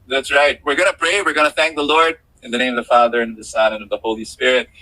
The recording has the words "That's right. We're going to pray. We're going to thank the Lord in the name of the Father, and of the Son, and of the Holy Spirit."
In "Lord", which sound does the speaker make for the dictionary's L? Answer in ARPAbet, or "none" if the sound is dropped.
L